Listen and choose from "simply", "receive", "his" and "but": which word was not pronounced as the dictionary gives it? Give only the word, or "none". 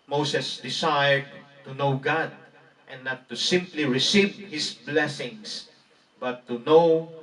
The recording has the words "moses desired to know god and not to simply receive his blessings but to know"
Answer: his